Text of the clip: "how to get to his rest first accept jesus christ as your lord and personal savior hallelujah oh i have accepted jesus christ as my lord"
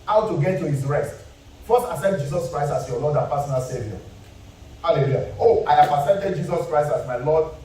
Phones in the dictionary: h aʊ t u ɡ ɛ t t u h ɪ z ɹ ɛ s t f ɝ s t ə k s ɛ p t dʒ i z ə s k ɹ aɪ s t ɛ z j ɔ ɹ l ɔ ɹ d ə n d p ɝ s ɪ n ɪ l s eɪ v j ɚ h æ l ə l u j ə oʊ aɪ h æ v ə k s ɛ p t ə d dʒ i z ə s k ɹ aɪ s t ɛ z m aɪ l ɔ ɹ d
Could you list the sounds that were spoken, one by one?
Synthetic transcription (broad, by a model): h aʊ t u ɡ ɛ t t u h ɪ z ɹ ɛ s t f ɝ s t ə s ɛ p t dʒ i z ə s k ɹ aɪ s t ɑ s j ɔ l ɔ d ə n p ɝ s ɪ n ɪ l s eɪ v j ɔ h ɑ l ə l u j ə oʊ aɪ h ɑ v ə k s ɛ p t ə d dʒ i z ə s k ɹ aɪ s t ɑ s m aɪ l ɔ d